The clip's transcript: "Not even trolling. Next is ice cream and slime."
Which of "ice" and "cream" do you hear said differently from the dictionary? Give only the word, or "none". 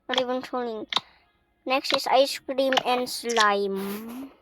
none